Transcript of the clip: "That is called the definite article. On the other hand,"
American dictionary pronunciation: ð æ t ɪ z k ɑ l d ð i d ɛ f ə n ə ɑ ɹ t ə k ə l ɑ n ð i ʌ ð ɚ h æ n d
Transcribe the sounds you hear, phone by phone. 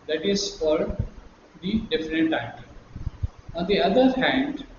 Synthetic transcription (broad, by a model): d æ t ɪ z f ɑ d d i d ɛ f ə n ə t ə ə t ɑ n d i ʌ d ɚ h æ n d